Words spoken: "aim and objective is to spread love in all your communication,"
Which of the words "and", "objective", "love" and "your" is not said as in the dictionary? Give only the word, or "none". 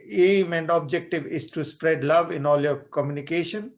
none